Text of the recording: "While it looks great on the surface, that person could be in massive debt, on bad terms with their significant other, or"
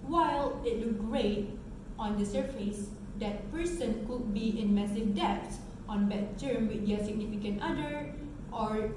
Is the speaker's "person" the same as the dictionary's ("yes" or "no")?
yes